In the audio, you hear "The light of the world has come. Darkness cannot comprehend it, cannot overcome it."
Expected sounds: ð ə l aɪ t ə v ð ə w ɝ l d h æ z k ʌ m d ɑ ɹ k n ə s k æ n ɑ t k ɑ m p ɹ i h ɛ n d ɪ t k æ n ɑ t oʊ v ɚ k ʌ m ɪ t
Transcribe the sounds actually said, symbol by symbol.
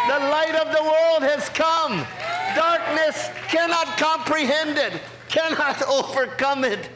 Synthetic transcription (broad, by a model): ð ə l aɪ t ə v ð ə w ɝ l d h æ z k ʌ m d ɑ ɹ k n ə s k æ n ɑ t k ɑ m p ɹ i h ɛ n d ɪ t k æ n ɑ t oʊ v ɚ k ʌ m ɪ t